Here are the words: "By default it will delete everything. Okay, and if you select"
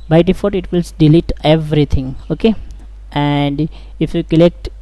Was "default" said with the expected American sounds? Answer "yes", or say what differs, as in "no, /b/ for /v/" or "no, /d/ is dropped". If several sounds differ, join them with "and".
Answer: no, /l/ is dropped